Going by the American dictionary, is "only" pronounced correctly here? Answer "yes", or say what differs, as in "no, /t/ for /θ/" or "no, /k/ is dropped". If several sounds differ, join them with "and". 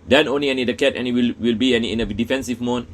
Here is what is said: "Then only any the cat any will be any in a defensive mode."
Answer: yes